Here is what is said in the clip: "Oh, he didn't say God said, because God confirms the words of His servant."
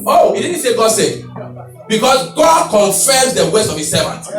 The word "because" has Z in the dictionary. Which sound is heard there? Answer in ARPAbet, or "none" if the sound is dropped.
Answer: S